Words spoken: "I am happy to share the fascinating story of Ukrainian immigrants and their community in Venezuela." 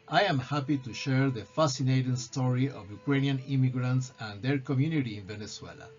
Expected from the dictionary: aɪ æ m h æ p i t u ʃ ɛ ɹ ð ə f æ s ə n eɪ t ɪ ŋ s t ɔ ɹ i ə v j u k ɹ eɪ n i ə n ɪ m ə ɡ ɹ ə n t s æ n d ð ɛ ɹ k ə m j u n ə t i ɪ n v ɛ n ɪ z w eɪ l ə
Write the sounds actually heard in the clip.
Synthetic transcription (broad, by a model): aɪ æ m h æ p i t u ʃ ɛ ɹ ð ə f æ s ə n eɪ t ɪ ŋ s t ɔ ɹ i ə v j u k ɹ eɪ n i ə n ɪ m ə ɡ ɹ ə n t s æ n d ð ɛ ɹ k ə m j u n ə t i ɪ n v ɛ n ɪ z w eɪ l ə